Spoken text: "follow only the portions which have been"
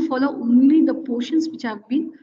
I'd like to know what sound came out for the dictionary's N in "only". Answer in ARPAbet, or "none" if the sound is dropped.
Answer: N